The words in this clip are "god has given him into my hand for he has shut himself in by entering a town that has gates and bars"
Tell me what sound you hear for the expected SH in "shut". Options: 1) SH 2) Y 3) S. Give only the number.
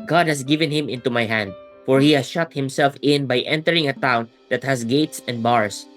1